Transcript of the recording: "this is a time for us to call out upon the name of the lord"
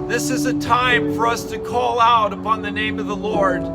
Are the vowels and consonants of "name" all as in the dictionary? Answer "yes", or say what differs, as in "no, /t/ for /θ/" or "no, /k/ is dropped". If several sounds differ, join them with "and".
yes